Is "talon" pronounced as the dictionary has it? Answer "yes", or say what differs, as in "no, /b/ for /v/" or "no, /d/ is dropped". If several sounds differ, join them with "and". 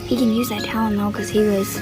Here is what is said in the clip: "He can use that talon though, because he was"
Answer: no, /l/ is dropped